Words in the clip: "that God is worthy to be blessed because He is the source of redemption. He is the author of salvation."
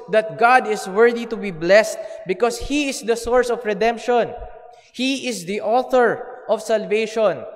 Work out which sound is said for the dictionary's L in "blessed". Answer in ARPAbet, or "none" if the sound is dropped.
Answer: L